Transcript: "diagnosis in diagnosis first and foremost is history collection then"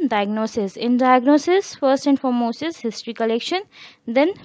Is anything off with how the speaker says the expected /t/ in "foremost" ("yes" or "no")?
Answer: yes